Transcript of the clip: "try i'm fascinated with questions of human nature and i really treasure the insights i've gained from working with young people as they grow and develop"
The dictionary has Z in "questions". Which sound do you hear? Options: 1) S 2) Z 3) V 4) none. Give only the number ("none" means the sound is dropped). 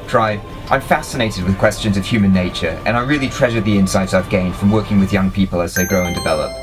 2